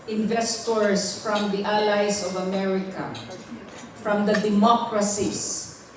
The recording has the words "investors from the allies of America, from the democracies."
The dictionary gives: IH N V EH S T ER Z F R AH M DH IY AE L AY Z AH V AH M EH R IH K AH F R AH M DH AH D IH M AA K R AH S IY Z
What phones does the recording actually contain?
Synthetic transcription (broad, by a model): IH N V EH S T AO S F R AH M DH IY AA L AY S AH V AH M EH R IH K AH F R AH M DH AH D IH M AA K R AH S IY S